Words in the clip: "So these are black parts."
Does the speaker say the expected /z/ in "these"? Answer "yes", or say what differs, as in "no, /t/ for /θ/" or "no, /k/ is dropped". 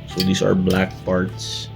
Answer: no, /s/ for /z/